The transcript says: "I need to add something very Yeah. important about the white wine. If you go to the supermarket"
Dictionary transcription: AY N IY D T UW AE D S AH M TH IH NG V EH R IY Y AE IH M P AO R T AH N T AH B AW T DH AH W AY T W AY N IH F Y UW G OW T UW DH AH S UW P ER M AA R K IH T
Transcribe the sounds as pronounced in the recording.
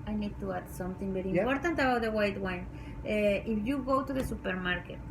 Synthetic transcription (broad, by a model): AY N IY D T UW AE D S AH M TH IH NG B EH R IY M P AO R T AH N T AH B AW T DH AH W AY T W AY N IH F Y UW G OW T UW DH AH S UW P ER M AA R K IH T